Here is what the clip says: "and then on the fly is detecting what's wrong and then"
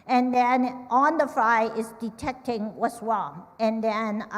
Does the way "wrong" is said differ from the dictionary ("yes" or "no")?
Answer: yes